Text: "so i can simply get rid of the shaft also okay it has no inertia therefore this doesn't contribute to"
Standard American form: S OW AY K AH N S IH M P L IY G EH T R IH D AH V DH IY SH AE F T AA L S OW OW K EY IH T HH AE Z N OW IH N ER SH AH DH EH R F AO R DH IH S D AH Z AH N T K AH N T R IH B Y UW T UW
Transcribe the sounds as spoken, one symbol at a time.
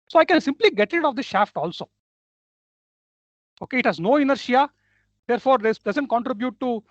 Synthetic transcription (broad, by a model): S OW AY K AH N S IH M P L IY G EH T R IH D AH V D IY SH AE F T AA L S OW OW K EY IH T HH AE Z N OW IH N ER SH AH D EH R F AO R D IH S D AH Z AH N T K AH N T R IH B Y UW T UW